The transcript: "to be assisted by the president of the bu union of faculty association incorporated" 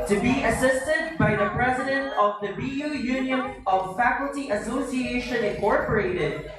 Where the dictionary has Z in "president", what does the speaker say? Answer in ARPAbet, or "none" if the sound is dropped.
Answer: Z